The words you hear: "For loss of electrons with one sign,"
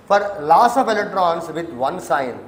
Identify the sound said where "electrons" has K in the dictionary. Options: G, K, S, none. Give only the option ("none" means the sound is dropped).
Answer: none